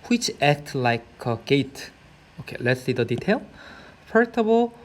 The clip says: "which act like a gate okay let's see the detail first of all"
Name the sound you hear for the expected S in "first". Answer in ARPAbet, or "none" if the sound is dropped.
none